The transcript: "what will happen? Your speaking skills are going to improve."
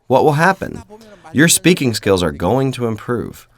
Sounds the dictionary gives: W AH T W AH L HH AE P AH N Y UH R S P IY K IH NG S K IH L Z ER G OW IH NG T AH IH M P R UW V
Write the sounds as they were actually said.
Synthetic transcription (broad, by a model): W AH T W AH L HH AE P AH N Y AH R S P IY K IH NG S K IH L Z ER G OW IH NG T AH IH M P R UW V